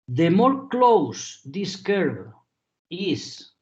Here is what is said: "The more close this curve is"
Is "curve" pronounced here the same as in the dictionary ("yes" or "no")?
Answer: no